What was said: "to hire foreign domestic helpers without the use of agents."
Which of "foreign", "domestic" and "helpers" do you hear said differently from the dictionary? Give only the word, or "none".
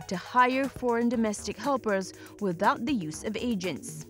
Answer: none